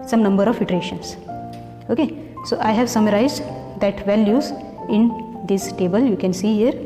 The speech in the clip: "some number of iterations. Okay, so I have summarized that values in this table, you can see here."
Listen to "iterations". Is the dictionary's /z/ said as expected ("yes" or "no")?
no